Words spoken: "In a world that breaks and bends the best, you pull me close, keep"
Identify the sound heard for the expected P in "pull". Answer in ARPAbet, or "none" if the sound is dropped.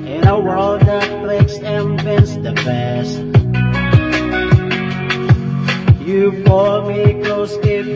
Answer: F